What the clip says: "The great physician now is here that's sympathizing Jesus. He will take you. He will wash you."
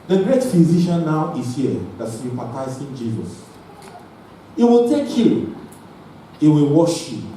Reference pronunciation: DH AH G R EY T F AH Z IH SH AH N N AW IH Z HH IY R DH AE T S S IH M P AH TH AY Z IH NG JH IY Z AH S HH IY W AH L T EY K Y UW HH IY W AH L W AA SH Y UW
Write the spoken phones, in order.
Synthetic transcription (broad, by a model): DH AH G R EY T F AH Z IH SH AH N N AW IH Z HH IY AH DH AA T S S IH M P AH T AY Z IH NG JH IY Z AH S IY W AH L T EY K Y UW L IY W AH L W AA SH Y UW